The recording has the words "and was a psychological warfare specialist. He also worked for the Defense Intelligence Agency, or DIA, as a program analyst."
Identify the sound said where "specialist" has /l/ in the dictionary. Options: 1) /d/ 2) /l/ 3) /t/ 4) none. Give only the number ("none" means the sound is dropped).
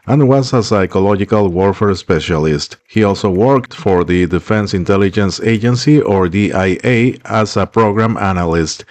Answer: 2